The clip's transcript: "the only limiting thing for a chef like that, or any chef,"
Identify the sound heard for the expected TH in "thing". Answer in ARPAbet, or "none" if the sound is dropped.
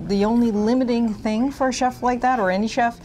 TH